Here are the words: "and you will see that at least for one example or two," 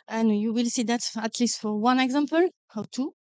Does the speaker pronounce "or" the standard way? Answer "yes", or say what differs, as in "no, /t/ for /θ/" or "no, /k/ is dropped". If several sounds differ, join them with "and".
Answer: no, /w/ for /ɹ/